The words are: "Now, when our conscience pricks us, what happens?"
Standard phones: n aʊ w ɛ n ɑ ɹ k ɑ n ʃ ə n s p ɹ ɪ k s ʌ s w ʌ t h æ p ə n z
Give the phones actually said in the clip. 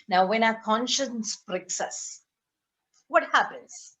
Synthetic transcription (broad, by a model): n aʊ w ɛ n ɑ k ɑ n ʃ ə n s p ɹ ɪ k s ʌ s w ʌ t h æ p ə n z